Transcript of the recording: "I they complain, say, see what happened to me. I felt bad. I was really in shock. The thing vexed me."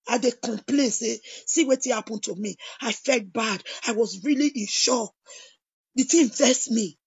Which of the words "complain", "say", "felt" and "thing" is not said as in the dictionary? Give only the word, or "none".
thing